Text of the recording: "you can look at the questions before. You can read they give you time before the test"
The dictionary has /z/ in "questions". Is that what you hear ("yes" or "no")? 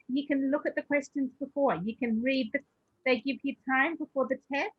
yes